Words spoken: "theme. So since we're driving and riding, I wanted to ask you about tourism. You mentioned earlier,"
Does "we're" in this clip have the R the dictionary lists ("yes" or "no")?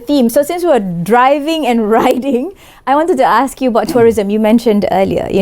no